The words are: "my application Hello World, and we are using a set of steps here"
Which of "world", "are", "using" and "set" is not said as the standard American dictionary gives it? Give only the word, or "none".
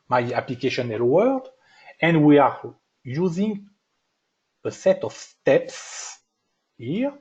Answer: world